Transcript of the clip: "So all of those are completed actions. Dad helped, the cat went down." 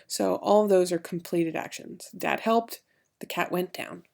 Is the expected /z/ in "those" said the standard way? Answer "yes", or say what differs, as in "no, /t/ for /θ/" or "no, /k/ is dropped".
yes